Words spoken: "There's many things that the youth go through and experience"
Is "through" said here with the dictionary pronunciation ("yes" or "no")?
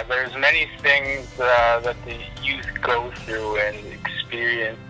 yes